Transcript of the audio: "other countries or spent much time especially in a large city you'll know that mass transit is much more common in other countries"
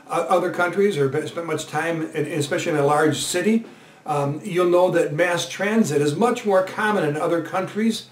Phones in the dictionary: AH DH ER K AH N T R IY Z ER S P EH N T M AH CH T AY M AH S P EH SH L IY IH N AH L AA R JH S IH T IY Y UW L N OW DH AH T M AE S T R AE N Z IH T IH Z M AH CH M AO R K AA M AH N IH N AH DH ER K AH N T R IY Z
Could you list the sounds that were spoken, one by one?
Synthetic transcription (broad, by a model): AH DH ER K AH N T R IY Z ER S P EH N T M AH CH T AY M AH S P EH SH L IY IH N AH L AA R JH S IH T IY Y UW L N OW DH AH T M AE S T R AE N Z IH T IH Z M AH CH M AO R K AA M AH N IH N AH DH ER K AH N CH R IY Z